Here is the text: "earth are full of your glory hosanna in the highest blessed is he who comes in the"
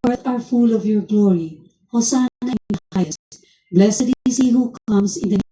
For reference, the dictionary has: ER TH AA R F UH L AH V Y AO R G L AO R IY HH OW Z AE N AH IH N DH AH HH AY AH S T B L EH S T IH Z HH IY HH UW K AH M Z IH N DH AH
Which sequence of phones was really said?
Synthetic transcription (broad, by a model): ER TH AA R F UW L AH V Y AO R G L AO R IY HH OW S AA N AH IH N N HH AY AH S T B L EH S IH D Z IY HH UW K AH M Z IH N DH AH